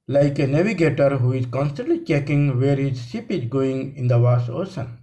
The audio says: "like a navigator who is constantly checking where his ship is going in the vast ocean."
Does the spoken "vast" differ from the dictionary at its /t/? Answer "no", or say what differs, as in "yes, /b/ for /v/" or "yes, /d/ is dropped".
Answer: yes, /t/ is dropped